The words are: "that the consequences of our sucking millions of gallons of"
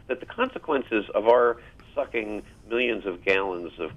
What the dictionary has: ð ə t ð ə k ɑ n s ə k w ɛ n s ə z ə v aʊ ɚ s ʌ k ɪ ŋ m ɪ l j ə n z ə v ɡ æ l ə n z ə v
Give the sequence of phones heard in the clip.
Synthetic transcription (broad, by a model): ð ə t ð ə k ɑ n s ə k w ɛ n s ə z ə v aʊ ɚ s ʌ k ɪ ŋ m ɪ l j ə n z ə v ɡ æ l ə n z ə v